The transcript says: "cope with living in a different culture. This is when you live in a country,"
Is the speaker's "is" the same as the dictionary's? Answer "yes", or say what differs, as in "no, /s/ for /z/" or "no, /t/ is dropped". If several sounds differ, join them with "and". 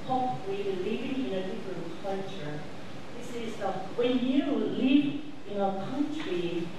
yes